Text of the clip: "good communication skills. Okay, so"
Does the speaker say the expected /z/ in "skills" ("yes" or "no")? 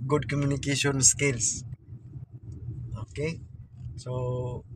no